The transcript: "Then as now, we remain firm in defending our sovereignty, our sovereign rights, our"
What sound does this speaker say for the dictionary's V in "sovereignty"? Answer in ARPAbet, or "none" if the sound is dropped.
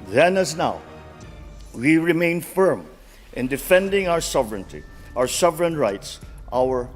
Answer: V